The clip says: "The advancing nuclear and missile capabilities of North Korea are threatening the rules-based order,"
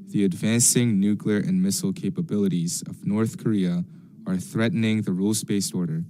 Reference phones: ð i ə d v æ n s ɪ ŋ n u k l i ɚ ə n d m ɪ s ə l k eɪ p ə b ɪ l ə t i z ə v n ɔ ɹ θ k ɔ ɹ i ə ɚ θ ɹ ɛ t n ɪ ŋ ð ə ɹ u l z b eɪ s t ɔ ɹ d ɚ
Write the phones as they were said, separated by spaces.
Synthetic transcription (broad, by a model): ð i ə d v æ n s ɪ ŋ n u k l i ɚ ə n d m ɪ s l k eɪ p ə b ɪ l ə t i z ə v n ɔ ɹ θ k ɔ ɹ i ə ɚ θ ɹ ɛ t n ɪ ŋ ð ə ɹ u l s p eɪ s ɔ ɹ d ɚ